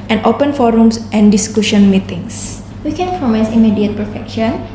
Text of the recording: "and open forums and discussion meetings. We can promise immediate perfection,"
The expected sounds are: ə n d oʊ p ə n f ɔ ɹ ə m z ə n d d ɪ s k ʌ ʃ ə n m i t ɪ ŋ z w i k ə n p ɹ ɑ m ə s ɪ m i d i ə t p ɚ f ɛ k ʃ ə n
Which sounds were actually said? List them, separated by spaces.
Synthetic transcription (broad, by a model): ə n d oʊ p ə n f ɔ ɹ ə m s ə n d d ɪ s k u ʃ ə n m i t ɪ ŋ s w i k ə n p ɹ ɑ m ə s ɪ m i d i ə t p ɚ f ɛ k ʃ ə n